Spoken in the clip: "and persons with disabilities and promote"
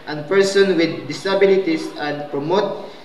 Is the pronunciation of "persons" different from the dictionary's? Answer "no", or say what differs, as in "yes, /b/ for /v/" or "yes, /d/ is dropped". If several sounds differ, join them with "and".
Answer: yes, /z/ is dropped